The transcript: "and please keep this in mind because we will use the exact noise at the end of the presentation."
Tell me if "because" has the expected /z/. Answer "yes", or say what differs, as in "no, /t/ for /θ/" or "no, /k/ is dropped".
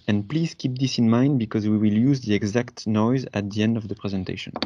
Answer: yes